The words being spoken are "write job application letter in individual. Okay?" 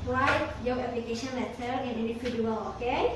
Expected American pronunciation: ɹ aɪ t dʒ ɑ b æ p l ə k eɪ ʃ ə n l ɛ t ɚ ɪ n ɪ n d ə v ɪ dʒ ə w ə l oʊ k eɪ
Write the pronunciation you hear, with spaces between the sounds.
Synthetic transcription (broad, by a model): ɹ aɪ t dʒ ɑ ɛ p l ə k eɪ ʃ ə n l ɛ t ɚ ɪ n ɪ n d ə f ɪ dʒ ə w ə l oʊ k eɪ